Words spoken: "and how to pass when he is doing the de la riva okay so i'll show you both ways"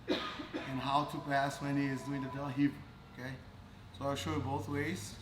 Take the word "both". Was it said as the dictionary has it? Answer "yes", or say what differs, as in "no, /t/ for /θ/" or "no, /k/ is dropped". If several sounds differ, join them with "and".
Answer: yes